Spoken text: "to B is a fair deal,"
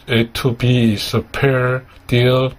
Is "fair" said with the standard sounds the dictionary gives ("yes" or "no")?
no